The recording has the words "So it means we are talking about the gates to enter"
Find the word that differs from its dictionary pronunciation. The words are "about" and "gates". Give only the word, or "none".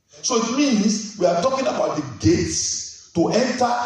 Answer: none